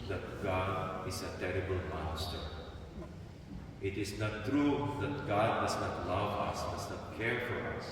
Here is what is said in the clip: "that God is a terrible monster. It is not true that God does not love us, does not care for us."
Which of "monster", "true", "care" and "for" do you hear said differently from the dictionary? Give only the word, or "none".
monster